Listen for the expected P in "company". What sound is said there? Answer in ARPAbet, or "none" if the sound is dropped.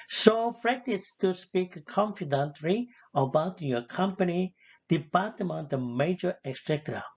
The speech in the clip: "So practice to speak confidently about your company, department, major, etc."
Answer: P